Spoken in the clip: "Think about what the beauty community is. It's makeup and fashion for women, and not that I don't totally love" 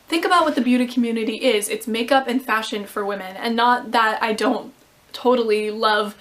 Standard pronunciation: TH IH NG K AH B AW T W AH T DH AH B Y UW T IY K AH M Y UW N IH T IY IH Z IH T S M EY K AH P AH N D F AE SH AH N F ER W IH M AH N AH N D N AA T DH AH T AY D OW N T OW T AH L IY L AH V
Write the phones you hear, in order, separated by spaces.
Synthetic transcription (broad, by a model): TH IH NG K AH B AW T W AH T DH AH B Y UW T IY K M Y UW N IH T IY IH Z IH T S M EY K AH P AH N F AE SH AH N F ER W IH M AH N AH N N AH T DH AH T AY D OW N T OW T L IY L AH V